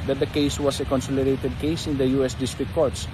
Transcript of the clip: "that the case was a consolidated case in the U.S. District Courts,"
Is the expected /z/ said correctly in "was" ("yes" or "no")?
no